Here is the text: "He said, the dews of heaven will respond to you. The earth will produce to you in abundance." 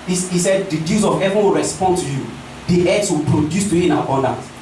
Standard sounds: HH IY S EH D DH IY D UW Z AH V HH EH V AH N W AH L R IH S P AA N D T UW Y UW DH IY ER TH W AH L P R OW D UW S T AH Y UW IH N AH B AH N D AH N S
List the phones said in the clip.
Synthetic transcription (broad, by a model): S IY S EH D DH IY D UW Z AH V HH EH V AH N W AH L R IH S P AA N D T UW Y UW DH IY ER S W AH L P R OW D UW S T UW IH N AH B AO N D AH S